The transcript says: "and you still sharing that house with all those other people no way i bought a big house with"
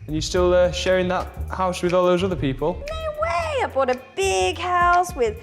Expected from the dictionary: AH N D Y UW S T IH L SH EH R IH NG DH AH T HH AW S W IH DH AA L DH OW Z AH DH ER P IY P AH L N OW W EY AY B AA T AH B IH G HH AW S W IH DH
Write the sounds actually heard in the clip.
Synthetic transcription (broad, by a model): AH N Y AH S T IH L SH EH R IH NG DH AH T HH AW S W IH DH AA L DH OW Z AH DH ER P IY P AH L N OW W EY AY B AA T AH B IH G HH AW S W IH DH